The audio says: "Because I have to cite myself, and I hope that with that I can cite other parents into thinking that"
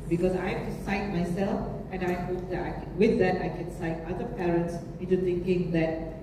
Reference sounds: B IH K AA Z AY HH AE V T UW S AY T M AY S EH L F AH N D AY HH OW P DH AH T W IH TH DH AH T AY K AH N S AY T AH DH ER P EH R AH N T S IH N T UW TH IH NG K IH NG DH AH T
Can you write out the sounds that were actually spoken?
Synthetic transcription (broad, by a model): B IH K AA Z AY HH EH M T UW S AY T M AY S EH L F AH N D AY HH OW P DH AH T W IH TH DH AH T AY K AH N S AY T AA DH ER P EH R AH N T S IH N T UW T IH NG K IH NG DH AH T